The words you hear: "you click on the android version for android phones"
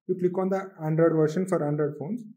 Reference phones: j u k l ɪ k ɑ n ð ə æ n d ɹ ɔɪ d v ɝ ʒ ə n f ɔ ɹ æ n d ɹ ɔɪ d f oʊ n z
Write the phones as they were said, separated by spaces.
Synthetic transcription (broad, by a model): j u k l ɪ k ɑ n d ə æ n d ɹ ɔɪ d v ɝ ʃ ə n f ɔ ɹ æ n d ɹ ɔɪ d f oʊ n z